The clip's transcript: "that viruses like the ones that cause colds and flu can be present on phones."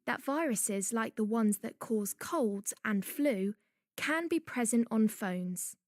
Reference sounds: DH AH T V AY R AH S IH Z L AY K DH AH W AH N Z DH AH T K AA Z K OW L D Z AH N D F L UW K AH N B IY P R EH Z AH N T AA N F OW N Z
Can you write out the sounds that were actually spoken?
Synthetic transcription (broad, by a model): DH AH T V AY R AH S IH Z L AY K DH AH W AH N Z DH AH T K AA Z K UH L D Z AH N F L UW K AH N B IY P R EH Z AH N T N F OW N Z